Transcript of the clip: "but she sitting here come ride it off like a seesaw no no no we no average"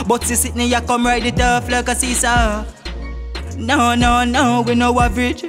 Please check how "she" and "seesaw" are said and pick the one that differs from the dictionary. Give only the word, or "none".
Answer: she